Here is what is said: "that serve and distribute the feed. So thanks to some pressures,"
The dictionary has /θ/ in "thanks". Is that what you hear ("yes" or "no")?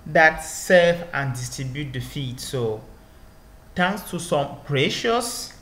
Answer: no